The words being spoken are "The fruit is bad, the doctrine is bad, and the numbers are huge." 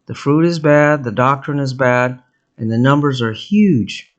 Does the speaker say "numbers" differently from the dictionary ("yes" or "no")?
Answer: no